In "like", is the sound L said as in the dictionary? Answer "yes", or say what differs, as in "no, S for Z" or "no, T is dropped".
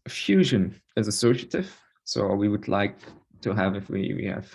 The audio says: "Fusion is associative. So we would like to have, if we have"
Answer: yes